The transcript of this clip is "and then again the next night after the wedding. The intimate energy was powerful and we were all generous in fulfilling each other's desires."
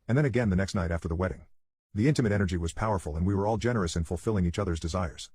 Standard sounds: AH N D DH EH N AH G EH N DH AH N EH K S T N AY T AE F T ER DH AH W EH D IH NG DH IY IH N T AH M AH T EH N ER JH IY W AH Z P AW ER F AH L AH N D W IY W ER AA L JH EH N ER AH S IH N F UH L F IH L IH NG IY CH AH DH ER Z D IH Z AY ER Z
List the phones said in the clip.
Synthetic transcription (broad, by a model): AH N DH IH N AH G EH N DH AH N EH K S T N AY T AE F T ER DH AH W EH D IH NG DH IY IH N T AH M AH T EH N ER JH IY W AH Z P AW ER F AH L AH N W IY W ER AA L JH EH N ER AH S IH N F UH L F IH L IH NG IY CH AH DH ER Z D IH Z AY ER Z